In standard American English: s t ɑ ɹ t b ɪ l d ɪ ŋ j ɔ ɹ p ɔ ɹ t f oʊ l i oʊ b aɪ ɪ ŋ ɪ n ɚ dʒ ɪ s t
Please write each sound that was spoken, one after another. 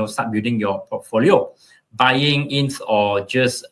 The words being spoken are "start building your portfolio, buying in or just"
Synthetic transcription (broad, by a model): s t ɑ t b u d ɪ ŋ j ɔ p ɔ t f oʊ l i oʊ b aɪ ɪ ŋ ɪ n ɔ dʒ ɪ s